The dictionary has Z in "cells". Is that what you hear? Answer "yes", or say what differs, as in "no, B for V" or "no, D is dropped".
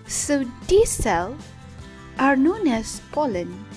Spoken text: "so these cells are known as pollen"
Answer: no, Z is dropped